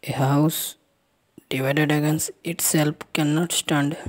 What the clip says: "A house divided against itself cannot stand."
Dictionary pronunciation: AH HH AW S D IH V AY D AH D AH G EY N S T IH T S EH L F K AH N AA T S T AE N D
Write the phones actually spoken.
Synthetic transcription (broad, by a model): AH HH AW S D IH V AY D AH D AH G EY N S IH T S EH L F K AH N AA T S T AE N D